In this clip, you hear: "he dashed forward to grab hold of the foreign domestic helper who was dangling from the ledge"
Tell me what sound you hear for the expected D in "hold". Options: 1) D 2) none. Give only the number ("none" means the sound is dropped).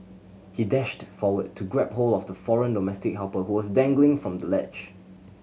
2